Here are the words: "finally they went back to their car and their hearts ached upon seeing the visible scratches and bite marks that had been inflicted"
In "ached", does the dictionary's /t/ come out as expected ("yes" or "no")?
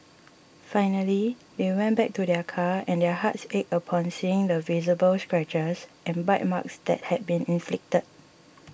no